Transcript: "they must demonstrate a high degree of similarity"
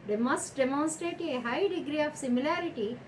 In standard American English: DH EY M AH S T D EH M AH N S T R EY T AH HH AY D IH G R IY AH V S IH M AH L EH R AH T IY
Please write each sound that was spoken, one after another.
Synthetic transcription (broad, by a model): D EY M AH S T D EH M AH N S T R EY T AH HH AY D IH G R IY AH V S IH M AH L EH R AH T IY